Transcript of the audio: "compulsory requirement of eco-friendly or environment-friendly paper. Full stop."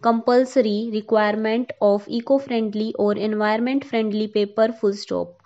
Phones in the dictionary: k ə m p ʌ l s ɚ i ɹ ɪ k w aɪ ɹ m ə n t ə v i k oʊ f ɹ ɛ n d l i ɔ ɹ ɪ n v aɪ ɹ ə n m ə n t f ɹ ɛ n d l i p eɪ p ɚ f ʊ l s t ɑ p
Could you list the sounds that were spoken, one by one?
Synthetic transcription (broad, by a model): k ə m p ʌ l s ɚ i ɹ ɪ k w aɪ ɹ m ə n t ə f i k oʊ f ɹ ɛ n d l i ɔ ɹ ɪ n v aɪ ə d m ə n t f ɹ ɛ n d l i p eɪ p ɚ f ʊ l s t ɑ p